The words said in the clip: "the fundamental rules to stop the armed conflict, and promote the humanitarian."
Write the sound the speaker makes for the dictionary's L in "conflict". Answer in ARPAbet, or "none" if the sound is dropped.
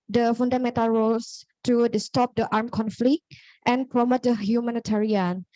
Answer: L